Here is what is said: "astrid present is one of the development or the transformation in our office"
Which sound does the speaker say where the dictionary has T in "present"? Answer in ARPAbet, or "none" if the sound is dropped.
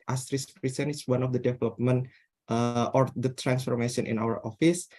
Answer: none